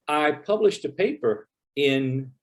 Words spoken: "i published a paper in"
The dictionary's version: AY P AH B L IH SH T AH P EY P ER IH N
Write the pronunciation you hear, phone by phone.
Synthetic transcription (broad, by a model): AY P AH B L IH SH T AH P EY P ER IH N